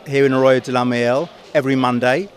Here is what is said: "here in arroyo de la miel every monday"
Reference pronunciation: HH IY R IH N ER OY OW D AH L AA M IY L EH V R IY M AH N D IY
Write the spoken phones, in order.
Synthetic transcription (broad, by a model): HH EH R IH N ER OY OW D AH L AA M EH L EH V R IY M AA N D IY